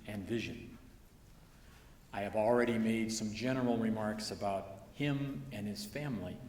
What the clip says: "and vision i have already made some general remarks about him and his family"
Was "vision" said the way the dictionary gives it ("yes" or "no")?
yes